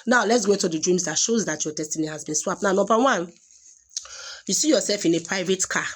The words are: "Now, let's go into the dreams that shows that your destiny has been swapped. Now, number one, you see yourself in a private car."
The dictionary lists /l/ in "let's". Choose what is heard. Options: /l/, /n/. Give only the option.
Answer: /l/